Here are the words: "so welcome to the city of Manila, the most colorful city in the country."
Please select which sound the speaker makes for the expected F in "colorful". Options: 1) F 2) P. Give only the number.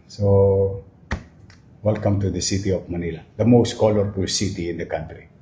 2